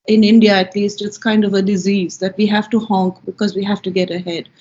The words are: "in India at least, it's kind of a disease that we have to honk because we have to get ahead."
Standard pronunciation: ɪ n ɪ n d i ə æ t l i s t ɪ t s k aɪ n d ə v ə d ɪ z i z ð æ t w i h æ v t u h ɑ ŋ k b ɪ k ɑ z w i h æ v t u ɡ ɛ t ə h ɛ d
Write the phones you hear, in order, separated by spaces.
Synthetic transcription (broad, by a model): ɪ n ɪ n d i ə æ t l i s t ɪ t s k aɪ n d ə v ə d ɪ z i z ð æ t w i h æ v t u h ɑ ŋ k b ɪ k ɑ z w i h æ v t u ɡ ɛ t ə h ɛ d